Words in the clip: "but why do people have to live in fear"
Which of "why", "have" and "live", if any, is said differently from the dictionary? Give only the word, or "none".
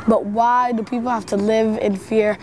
have